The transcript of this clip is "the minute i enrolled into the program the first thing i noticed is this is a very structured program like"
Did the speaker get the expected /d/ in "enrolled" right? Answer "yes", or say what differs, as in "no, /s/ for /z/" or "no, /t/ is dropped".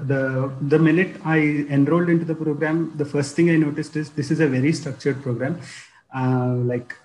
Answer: yes